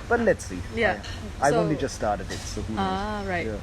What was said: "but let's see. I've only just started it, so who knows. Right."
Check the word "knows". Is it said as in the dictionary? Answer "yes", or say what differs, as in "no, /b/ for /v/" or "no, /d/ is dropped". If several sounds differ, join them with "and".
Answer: no, /z/ is dropped